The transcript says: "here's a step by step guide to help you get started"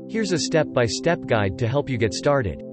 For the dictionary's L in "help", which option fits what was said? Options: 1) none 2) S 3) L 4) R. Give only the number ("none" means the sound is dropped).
3